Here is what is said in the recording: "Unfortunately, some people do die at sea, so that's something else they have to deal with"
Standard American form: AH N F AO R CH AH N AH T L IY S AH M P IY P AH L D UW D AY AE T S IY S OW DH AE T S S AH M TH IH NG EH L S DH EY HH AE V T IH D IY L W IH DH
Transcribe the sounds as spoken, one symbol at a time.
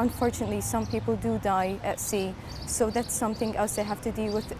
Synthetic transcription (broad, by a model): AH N F AO R CH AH N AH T L IY S AH M P IY P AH L D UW D AY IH T S IY S OW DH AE T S S AH M TH IH NG EH L S DH EY HH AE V T IH D IY L W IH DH